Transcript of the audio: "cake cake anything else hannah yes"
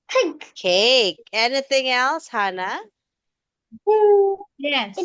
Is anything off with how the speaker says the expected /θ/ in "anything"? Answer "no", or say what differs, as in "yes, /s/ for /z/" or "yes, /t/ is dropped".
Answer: no